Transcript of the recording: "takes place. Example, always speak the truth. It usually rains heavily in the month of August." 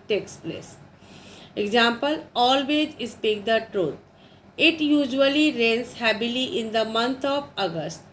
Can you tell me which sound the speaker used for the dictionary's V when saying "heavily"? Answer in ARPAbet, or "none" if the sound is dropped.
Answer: B